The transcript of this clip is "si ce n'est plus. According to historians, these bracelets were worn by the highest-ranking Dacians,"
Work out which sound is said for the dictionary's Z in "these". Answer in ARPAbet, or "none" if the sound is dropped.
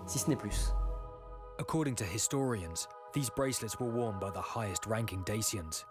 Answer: Z